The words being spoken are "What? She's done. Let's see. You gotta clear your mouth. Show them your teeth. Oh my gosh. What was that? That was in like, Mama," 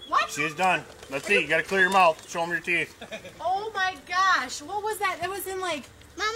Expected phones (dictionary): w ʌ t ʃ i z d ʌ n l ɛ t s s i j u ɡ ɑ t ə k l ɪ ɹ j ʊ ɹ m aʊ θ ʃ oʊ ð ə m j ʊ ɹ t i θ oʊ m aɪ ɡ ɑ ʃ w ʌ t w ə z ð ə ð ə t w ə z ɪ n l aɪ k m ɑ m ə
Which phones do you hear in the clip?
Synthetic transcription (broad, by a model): w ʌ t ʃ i z d ʌ n l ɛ t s s i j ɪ ɡ ɑ t ə k l ɪ ɹ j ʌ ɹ m aʊ θ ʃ oʊ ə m j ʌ ɹ t i θ oʊ m aɪ ɡ ɑ ʃ w ʌ t w ə z ð ə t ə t w ə z ɪ n l aɪ k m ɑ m